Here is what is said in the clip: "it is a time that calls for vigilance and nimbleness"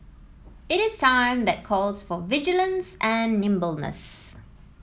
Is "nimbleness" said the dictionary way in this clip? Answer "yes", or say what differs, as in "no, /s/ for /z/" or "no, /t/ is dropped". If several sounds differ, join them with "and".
yes